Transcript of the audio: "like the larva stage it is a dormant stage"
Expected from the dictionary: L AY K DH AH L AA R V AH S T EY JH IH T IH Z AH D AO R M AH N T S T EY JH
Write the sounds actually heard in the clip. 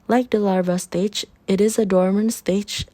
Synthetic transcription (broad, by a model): L AY K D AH L AA R V AH S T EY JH IH T IH Z AH D AO R M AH N S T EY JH